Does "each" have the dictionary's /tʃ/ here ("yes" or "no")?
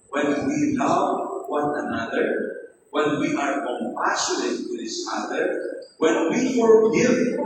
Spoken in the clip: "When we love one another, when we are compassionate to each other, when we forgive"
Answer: no